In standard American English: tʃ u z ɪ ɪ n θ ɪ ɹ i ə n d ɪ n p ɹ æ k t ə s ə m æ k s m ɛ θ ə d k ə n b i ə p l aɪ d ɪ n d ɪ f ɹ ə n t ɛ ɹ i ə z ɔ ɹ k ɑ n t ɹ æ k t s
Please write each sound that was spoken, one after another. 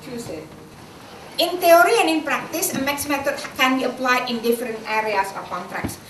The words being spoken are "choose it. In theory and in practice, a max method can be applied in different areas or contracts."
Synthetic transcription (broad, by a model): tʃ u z ɪ ɪ n t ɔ ɹ i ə n ɪ n p ɹ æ k t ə s ə m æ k s m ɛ t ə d k ə n b i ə p l aɪ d ɪ n d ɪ f ɹ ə n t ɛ ɹ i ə s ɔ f k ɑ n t ɹ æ k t s